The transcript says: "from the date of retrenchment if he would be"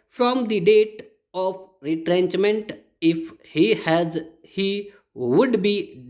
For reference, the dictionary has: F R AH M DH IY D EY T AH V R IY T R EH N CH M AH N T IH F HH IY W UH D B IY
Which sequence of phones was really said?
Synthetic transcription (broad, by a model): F R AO M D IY D EY T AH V R IY T R EH N CH M AH N T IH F HH IY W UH D B IY